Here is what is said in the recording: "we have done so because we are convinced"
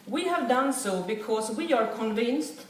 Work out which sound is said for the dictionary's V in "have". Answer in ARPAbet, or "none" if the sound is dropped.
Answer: V